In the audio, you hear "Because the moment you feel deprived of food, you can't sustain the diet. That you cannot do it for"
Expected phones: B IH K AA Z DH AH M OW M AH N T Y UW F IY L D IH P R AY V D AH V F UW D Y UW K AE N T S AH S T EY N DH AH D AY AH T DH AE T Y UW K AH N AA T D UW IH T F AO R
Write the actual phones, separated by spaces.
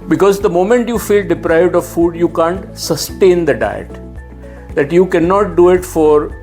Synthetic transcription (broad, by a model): B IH K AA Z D AH M OW M AH N T Y UW F IY L D IH P R AY V D AH V F UW D Y UW K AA N T S AH S T EY N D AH D AY AH T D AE T Y UW K AH N AA T D UW IH T F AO R